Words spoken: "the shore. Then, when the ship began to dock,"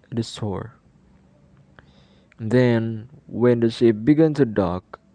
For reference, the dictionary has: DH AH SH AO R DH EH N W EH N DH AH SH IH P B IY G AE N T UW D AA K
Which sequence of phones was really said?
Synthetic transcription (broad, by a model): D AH S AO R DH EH N W EH N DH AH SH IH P B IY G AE N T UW D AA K